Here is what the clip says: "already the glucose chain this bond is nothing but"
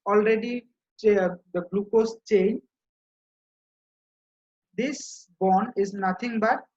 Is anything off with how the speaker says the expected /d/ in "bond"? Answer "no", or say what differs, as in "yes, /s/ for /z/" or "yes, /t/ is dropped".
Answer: yes, /d/ is dropped